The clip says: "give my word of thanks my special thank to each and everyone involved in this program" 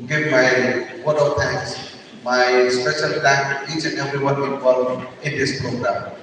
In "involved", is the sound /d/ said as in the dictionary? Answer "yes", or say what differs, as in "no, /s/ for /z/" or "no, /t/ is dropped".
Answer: no, /d/ is dropped